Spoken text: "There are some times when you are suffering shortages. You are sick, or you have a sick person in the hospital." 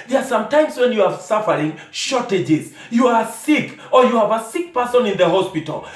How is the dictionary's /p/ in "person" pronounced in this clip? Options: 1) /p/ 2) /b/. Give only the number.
1